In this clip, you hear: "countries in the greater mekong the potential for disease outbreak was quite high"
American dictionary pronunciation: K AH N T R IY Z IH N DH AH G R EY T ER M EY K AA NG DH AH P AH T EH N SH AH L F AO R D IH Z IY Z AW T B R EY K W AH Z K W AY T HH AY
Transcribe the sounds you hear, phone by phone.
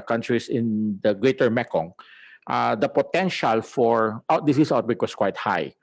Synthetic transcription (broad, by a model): K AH N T R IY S IH N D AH G R EY T ER M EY K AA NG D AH P AH T EH N SH AH L F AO R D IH S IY S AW T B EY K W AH S K W AY T HH AY